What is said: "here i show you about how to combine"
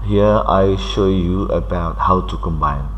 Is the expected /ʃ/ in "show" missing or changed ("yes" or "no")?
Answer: no